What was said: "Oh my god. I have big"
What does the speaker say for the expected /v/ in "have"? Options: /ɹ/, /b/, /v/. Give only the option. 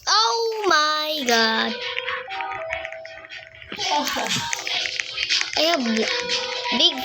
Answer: /b/